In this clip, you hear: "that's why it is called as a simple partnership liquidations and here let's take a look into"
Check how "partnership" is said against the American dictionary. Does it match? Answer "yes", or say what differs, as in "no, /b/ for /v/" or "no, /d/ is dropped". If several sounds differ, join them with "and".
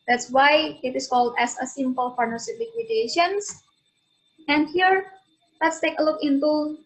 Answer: no, /f/ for /p/ and /s/ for /ʃ/